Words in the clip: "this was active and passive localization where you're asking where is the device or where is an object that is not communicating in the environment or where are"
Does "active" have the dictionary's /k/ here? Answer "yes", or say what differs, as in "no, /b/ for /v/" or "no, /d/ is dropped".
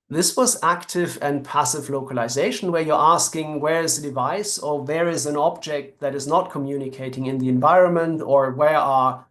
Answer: yes